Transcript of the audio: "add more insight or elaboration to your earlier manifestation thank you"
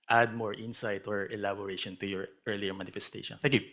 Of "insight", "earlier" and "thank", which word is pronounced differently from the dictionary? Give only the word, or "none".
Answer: thank